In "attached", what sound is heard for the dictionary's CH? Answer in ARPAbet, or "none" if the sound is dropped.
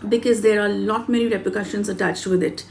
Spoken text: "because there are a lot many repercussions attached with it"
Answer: CH